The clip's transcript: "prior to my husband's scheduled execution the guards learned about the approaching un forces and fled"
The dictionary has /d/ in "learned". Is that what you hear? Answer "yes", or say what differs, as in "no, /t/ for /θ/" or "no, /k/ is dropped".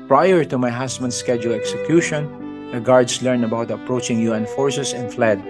no, /d/ is dropped